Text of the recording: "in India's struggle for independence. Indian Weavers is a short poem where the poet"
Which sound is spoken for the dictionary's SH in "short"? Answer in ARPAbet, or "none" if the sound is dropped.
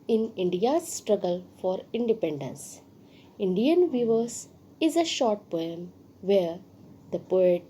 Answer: SH